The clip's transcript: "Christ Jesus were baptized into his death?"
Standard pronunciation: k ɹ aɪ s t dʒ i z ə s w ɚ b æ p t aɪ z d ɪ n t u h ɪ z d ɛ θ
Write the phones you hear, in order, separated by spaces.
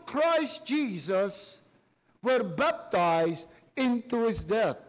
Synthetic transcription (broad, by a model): k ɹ aɪ s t dʒ i z ə s w ɚ b æ p t aɪ z d ɪ n t u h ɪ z d ɛ θ